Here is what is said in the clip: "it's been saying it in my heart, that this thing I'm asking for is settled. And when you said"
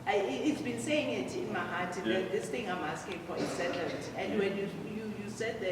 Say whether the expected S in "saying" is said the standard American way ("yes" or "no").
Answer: yes